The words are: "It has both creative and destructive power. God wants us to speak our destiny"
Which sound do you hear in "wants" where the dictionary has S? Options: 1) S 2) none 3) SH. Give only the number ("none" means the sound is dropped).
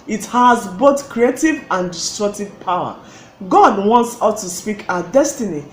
1